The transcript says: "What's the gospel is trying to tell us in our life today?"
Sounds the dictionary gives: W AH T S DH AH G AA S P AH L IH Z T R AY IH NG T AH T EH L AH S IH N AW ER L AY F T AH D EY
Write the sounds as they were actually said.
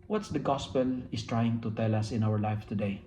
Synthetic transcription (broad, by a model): W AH T S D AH G AA S P AH L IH S T R AY IH NG T AH T EH L AH S IH N AW ER L AY F T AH D EY